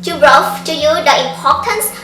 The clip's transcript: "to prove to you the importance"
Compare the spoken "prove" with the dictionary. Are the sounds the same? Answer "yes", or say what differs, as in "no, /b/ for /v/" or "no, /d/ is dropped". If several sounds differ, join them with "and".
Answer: no, /b/ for /p/